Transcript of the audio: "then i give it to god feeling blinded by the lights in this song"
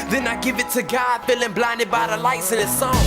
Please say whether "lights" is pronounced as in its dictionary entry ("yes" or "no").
yes